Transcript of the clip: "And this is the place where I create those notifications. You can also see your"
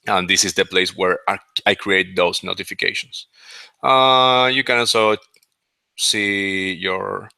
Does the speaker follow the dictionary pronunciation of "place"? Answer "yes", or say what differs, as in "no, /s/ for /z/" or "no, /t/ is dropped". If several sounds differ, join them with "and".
yes